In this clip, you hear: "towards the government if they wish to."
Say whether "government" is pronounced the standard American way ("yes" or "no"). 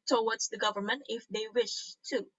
yes